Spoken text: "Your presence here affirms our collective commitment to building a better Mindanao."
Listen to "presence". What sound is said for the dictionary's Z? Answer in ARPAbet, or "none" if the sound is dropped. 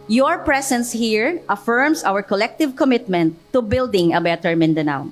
S